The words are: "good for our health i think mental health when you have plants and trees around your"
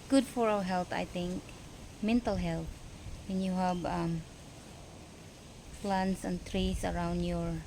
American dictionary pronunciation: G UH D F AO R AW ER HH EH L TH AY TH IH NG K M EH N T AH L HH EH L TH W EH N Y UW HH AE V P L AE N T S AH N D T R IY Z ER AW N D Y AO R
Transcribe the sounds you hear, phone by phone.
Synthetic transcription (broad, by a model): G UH D F AO R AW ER HH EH L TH AY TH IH NG K M EH N T AH L HH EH L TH W EH N Y UW HH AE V F L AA N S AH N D T R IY S ER AW N D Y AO R